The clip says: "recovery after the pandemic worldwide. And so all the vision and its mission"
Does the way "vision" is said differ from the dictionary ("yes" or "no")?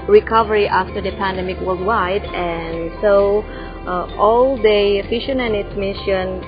yes